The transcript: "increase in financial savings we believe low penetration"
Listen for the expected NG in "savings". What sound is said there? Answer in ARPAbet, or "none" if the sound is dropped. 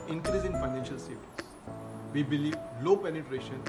none